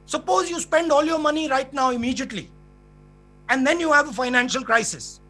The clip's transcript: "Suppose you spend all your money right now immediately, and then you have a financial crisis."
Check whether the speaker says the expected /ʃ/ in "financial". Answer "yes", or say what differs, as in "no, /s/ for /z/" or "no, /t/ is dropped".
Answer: yes